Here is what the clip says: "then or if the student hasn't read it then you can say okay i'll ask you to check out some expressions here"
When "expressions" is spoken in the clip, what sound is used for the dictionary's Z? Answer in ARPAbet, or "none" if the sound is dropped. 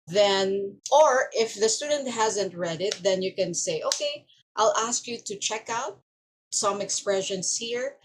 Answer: S